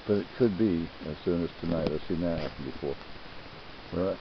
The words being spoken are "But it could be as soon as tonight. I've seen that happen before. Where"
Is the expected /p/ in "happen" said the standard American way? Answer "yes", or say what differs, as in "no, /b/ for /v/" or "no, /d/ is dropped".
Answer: no, /p/ is dropped